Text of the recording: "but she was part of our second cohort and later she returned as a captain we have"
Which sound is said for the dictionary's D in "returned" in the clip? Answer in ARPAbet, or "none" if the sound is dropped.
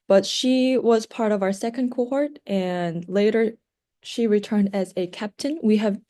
D